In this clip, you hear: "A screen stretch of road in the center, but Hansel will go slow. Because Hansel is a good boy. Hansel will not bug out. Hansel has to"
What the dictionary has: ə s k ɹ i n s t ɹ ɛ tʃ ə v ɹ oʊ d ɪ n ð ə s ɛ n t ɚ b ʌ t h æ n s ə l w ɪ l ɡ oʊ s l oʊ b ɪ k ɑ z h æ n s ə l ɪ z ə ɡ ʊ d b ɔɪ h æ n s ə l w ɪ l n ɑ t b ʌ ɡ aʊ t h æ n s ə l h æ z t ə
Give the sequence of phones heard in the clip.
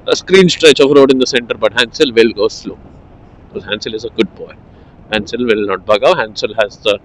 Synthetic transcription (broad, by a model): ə s k ɹ i n s t ɹ ɛ tʃ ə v ɹ oʊ d ɪ n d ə s ɛ n t ɚ b ʌ t h æ n s ə l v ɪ l ɡ oʊ s l oʊ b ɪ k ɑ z h æ n s ə l ɪ z ə ɡ ʊ d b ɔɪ h æ n s ə l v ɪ l n ɑ t b ʌ ɡ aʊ h æ n s ə l h æ z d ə